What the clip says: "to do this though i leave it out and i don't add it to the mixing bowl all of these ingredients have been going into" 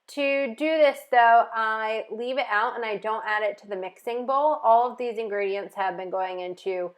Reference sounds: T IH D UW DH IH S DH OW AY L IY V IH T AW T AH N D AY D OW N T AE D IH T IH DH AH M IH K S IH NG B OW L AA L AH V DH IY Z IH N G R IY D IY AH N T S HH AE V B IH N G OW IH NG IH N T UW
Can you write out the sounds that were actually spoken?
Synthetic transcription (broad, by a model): T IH D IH DH IH S DH OW AY L IY V IH T AW T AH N AY D OW N T AE D IH T IH DH AH M IH K S IH NG B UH L AA L AH V DH IY Z IH N G R IY D IY AH N T S HH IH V B IH N G OW IH NG IH N T UW